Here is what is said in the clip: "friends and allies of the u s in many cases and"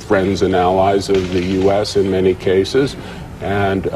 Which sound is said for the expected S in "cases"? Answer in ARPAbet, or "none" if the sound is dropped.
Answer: S